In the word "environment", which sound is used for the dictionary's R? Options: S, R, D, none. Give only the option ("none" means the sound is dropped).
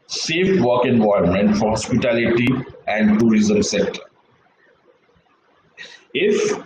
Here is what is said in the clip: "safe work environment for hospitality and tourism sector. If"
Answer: none